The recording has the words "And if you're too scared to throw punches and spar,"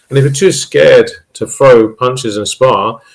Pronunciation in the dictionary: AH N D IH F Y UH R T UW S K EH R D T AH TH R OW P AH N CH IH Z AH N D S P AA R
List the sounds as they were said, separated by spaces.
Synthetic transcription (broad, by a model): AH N IH F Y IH T UW S K EH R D T AH F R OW P AH N CH IH Z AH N S P AA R